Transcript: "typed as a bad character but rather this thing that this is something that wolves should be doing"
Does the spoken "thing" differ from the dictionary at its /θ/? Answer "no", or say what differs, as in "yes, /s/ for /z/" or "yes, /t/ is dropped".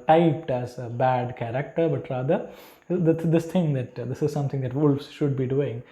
yes, /t/ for /θ/